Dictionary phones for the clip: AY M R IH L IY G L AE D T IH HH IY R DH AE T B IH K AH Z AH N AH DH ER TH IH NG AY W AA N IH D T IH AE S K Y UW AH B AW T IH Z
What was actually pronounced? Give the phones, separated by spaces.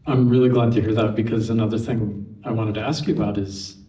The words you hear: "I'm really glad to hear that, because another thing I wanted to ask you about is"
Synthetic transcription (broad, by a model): AY M R IH L IY G L AE D T IH HH IY R DH AE T B IH K AH Z AH N AH DH ER TH IH NG AY W AA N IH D T IH AE S K Y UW AH B AW T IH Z